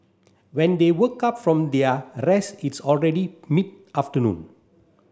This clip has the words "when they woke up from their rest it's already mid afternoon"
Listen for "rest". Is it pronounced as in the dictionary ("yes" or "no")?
no